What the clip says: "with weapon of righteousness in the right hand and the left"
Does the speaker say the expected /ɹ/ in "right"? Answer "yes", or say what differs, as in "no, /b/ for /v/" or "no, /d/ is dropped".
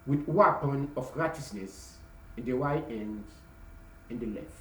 no, /w/ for /ɹ/